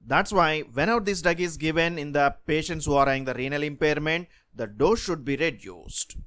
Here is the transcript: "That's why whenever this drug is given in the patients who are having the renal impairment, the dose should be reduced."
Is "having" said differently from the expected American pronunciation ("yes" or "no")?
yes